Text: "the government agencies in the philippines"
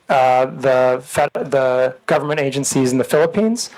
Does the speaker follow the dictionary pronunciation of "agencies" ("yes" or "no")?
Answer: yes